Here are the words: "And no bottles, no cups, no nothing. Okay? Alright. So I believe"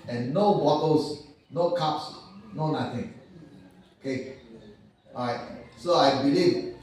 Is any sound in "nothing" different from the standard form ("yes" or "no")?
yes